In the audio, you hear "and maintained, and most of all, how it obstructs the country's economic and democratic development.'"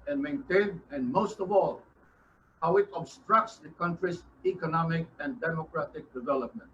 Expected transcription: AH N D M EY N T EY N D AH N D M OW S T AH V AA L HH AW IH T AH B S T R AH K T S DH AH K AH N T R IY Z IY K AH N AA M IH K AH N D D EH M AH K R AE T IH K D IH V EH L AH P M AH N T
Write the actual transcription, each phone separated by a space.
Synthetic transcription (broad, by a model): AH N M EY N T EY N AH N M OW S T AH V AA L HH AW IH T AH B S T R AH K T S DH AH K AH N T R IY S IY K AH N AA M IH K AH N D D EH M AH K R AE T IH K D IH V EH L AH P M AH N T